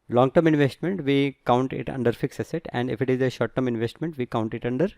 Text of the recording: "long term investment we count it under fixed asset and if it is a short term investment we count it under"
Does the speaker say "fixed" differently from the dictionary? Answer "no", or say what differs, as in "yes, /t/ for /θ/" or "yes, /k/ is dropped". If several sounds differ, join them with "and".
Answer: yes, /t/ is dropped